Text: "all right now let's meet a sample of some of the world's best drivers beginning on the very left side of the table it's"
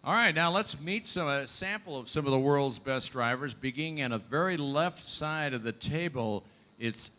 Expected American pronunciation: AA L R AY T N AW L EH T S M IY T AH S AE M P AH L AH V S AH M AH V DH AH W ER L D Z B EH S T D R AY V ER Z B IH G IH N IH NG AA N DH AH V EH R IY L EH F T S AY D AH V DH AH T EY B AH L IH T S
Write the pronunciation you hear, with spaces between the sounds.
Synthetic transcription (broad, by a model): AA L R AY T N AW L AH T S M IY T AH S AE M P L AH V S AH M AH V DH AH W ER L D Z B EH S D R AY V ER Z B IH G IH N IH NG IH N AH V EH R IY L EH F T S AY D AH V DH AH T EY B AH L IH T S